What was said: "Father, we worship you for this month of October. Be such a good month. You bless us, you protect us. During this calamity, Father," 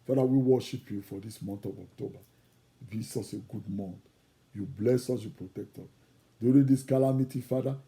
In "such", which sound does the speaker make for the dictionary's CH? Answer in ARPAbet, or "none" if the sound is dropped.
S